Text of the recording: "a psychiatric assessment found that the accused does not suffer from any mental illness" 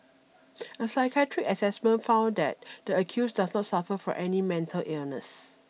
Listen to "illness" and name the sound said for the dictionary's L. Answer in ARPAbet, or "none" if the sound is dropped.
L